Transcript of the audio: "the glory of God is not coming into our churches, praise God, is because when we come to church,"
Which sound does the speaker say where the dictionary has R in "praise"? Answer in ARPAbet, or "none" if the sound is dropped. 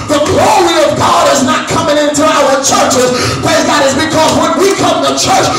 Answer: none